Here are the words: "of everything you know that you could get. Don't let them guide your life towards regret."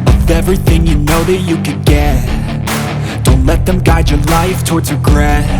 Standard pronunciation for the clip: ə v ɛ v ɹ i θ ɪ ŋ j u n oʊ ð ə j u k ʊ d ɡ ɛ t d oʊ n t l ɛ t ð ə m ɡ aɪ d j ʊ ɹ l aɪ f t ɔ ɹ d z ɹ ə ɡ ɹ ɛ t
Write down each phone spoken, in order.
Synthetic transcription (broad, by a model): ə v ɛ v ɹ i θ ɪ ŋ j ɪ n oʊ ð ə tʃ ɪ k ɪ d ɡ ɛ t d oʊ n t l ɛ t ð ə m ɡ aɪ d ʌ ɹ l aɪ f t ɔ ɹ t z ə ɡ ɹ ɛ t